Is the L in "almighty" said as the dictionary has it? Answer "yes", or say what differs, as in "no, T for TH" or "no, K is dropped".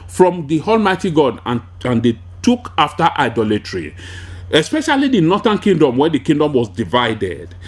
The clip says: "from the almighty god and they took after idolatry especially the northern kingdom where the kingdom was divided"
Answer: yes